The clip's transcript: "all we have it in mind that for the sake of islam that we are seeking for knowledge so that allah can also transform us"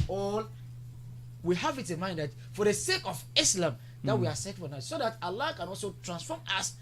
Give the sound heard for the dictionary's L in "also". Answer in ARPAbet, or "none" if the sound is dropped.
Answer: L